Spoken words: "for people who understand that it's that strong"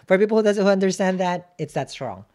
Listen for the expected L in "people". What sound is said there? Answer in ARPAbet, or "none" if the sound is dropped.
N